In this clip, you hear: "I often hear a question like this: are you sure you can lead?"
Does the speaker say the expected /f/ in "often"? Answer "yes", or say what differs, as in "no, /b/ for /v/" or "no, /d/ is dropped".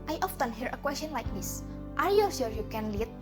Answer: yes